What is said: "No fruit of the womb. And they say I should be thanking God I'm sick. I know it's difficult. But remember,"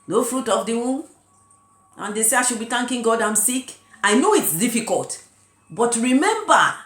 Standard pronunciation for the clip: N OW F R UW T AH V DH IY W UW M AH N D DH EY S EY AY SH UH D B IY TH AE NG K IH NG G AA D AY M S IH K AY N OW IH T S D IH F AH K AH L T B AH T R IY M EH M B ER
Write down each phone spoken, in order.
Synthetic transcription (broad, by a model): N OW F R UW T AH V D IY W UW M AH N D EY S EY AY SH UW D B IY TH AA NG K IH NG G AA D AY M S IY K AY N OW IH T S D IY F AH K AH L T B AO T R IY M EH M B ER